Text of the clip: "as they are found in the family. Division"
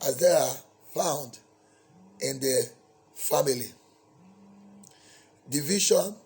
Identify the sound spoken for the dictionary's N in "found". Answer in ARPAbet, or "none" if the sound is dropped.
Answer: N